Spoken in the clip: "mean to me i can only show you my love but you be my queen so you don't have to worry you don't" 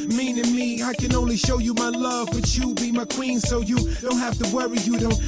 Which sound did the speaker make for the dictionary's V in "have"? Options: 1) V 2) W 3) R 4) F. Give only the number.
4